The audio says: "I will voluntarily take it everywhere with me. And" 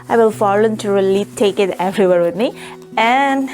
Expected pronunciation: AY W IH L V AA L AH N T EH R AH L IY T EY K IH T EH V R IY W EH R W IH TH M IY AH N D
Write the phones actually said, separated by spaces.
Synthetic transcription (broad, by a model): AY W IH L F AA L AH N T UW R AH L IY T EY K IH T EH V R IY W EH R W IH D M IY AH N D